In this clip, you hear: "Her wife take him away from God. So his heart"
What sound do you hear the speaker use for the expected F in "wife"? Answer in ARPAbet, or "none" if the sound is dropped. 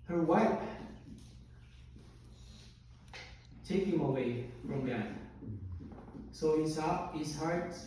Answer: P